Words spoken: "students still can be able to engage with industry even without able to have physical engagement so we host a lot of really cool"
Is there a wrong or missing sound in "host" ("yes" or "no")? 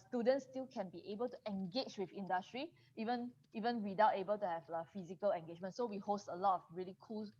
no